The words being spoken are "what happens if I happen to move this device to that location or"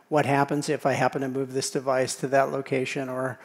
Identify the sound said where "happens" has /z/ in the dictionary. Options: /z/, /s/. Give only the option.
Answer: /z/